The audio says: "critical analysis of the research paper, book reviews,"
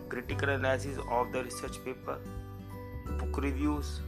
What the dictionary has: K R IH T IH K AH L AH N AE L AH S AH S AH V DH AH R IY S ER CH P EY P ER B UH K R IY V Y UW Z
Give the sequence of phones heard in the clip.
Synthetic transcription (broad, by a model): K R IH T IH K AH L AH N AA AH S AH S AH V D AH R IY S ER CH P EY P ER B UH K R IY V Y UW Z